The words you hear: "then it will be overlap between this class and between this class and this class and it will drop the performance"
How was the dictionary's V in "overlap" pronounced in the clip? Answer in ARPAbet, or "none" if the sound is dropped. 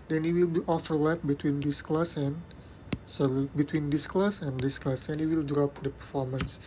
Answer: F